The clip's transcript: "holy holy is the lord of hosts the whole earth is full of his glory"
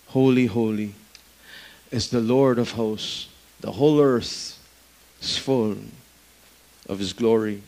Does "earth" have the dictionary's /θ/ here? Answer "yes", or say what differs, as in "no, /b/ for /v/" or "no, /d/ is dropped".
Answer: yes